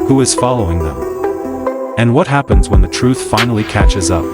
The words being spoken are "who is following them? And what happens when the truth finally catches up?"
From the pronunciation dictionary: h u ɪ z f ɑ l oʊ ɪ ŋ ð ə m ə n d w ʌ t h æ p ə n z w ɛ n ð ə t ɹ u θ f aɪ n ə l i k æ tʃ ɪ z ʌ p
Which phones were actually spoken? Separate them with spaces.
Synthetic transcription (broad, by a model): h u ɪ z f ɑ l oʊ ɪ ŋ ð ə m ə n w ʌ t h æ p ə n z w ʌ n ð ə t ɹ u θ f aɪ n l i k æ tʃ ɪ z ʌ p